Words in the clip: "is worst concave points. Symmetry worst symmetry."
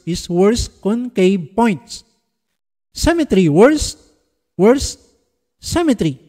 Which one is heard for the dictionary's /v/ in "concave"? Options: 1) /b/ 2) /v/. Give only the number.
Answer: 1